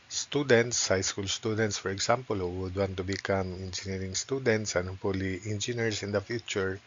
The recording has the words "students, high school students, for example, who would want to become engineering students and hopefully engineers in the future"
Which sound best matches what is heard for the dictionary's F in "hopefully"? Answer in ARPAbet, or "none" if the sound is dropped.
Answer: none